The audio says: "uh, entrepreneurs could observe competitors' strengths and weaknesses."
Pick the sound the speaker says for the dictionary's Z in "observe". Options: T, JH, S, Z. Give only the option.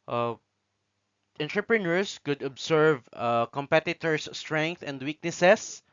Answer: S